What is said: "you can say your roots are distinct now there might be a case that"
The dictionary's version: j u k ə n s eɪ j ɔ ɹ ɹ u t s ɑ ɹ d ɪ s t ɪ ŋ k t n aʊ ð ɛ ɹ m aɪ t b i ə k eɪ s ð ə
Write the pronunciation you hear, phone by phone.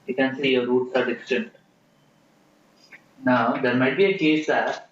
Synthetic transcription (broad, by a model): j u k ə n s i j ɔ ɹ ɹ u t s ɑ ɹ d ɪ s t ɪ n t n aʊ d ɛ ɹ m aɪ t b i ə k eɪ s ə